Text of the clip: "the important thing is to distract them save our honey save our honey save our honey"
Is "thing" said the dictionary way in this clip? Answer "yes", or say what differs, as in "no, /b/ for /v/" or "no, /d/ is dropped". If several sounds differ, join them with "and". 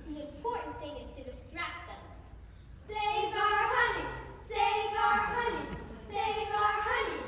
yes